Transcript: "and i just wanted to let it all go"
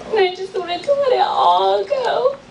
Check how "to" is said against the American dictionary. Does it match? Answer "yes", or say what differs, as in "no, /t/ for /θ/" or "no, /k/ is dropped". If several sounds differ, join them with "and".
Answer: no, /s/ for /t/